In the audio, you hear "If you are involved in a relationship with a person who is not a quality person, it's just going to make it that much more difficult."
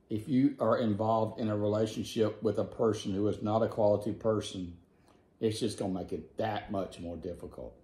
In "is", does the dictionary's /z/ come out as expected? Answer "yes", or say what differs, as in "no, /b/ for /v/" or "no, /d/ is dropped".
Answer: yes